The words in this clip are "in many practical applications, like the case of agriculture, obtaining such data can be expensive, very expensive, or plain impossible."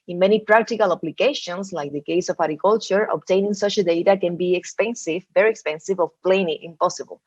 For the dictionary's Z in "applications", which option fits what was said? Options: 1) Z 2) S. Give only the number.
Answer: 2